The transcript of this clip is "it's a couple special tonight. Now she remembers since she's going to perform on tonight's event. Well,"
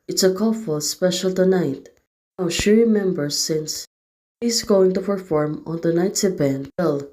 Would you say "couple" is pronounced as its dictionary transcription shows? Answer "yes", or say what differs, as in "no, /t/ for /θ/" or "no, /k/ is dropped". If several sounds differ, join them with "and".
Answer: no, /f/ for /p/